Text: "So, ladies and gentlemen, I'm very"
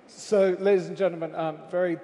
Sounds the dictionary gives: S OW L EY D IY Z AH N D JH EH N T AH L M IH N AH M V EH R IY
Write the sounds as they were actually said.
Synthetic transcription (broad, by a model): S OW L EY D IY Z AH N JH EH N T L M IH N AH M V EH R IY